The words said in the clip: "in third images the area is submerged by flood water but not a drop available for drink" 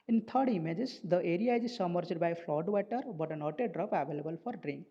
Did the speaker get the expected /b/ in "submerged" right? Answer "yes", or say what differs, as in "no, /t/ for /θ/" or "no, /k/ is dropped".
no, /b/ is dropped